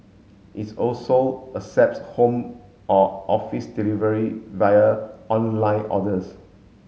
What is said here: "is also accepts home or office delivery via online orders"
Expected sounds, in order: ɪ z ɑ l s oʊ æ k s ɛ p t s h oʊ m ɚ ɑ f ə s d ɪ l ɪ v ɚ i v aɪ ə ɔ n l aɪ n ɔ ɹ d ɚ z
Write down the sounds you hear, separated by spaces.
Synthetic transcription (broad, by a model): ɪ s ɑ l s oʊ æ s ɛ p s h oʊ m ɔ ɑ f ə s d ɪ l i v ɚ i v aɪ ə ɔ n l aɪ n ɔ d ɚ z